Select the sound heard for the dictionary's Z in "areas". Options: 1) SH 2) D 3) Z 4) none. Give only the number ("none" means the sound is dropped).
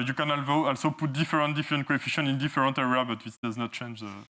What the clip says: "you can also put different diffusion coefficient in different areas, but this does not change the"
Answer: 4